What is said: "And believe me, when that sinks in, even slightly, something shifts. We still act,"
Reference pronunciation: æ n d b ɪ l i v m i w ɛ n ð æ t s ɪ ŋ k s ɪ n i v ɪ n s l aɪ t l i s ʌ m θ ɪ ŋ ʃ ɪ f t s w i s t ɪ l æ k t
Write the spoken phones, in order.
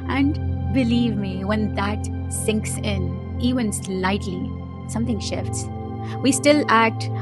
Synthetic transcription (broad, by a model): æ n d b ɪ l i v m i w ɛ n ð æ t s ɪ ŋ k s ɪ n i v ɪ n s l aɪ t l i s ʌ m t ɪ ŋ ʃ ɪ f t s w i s t ɪ l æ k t